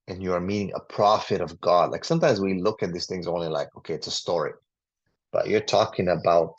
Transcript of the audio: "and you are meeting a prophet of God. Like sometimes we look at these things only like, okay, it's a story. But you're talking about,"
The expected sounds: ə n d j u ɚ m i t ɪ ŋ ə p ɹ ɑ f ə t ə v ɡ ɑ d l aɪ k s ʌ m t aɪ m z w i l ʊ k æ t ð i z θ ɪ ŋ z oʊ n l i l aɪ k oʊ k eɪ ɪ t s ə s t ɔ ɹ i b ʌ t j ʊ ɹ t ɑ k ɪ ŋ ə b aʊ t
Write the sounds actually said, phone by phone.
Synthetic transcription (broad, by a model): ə n j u ɚ m i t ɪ ŋ ə p ɹ ɑ f ə t ə v ɡ ɑ d l aɪ k s ʌ m t aɪ m z w i l ʊ k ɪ t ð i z θ ɪ ŋ z oʊ n l i l aɪ k oʊ k eɪ ɪ t s ə s t ɔ ɹ i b ʌ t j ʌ ɹ t ɑ k ɪ ŋ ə b aʊ t